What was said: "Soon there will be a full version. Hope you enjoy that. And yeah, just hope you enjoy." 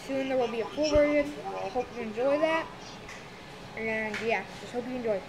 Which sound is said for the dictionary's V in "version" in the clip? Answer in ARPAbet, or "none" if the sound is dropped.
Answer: W